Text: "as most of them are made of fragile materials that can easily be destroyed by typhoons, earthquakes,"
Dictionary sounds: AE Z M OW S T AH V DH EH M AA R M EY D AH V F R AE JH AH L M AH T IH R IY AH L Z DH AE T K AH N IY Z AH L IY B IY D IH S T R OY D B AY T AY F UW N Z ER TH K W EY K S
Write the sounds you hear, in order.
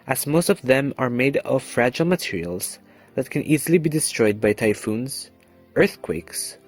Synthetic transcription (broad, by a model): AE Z M OW S T AH V DH EH M AA R M EY D AH V F R AE JH AH L M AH T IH R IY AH L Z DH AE T K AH N IY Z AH L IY B IY D IH S T R OY D B AY T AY F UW N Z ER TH K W EY K S